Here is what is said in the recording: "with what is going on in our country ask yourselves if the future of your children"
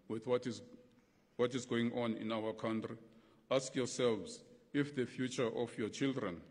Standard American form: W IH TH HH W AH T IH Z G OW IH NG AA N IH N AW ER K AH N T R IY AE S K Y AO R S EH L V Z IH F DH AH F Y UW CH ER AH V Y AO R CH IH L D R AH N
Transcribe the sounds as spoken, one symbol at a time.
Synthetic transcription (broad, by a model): W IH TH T W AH T IH Z G OW IH NG AA N IH N AW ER K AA N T R IY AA S K Y AO S EH L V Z IH F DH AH F Y UW CH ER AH F Y AO CH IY L D R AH N